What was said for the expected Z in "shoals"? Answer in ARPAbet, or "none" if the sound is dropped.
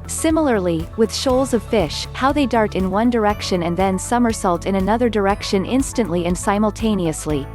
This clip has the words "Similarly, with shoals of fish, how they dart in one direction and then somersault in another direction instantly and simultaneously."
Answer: Z